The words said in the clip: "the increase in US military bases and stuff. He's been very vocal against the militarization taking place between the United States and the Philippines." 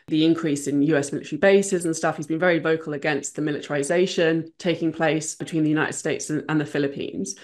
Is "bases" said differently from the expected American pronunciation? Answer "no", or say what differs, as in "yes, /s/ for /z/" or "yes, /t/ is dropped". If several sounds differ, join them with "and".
no